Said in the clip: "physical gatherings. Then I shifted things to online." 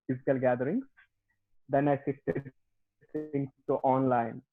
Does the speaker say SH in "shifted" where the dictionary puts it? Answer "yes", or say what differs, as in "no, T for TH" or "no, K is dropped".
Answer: no, S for SH